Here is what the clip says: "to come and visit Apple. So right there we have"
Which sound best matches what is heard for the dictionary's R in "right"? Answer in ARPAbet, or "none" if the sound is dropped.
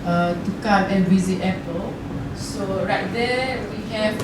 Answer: R